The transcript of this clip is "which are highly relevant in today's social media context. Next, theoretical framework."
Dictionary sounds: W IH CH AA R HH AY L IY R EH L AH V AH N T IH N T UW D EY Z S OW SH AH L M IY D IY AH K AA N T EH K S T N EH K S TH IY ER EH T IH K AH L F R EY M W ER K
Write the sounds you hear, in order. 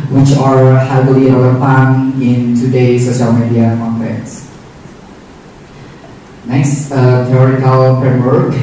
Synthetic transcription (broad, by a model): W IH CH AA R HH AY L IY L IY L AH P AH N IH N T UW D EY S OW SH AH L M IY D IY AH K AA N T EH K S N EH K S T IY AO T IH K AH L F R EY M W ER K